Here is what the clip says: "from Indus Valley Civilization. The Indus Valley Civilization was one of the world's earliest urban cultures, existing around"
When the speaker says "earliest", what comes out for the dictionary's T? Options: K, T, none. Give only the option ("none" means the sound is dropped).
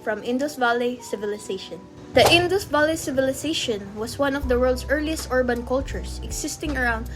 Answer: T